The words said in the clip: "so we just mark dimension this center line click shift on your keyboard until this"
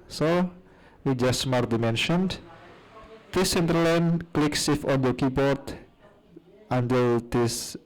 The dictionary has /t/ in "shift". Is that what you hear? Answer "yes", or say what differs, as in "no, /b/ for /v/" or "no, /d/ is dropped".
no, /t/ is dropped